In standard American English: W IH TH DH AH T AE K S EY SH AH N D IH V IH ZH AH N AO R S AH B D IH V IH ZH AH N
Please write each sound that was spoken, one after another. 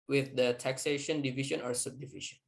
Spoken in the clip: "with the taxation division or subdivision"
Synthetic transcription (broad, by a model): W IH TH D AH T AE K S EY SH AH N D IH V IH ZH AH N AO R S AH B D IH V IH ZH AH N